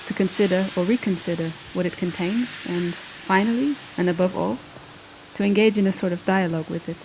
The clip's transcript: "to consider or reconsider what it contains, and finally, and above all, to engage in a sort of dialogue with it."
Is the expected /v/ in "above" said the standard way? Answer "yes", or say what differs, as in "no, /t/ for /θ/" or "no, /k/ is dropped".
yes